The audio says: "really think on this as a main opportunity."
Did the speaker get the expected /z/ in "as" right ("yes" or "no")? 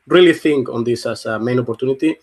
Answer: no